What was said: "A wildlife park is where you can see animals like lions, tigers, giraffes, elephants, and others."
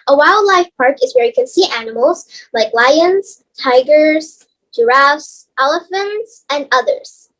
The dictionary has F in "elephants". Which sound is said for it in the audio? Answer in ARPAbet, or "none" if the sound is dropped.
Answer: F